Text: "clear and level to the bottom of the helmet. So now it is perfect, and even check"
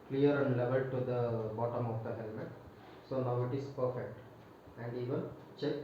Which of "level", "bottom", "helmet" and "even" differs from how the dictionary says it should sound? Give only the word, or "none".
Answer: none